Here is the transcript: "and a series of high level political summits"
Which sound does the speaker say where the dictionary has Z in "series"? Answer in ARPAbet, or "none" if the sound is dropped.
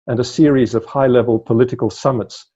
Z